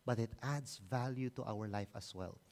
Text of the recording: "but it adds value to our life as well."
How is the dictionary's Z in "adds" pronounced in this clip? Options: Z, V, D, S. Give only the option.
S